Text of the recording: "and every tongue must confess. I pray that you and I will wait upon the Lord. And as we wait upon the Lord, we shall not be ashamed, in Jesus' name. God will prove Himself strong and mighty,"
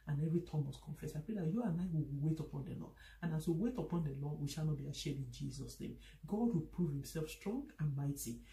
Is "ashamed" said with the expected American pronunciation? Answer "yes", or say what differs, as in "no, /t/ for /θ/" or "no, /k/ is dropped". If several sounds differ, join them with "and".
no, /m/ is dropped